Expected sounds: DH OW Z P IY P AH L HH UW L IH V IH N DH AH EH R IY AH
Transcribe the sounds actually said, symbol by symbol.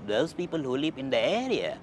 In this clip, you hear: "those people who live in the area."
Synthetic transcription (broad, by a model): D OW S P IY P AH L HH UW L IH P IH N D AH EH R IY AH